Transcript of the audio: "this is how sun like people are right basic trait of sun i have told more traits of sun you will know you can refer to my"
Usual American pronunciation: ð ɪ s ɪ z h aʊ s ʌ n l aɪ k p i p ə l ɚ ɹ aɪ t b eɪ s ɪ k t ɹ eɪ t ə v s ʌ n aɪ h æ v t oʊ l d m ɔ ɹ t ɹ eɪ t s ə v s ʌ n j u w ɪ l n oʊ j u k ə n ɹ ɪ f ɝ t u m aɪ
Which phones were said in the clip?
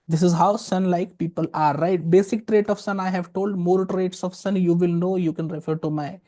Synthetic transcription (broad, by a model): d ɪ s ɪ z h aʊ s ʌ n l aɪ k p i p ə l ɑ ɹ aɪ t b eɪ s ɪ k t ɹ eɪ t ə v s ʌ n aɪ h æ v t oʊ l d m ɔ ɹ t ɹ eɪ t s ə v s ʌ n j u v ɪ l n oʊ j u k ə n ɹ ɪ f ɝ t u m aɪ